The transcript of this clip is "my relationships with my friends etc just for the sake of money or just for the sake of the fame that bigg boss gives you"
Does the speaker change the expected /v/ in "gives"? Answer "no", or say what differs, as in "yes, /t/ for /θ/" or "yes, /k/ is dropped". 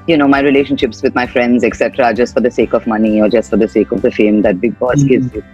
yes, /v/ is dropped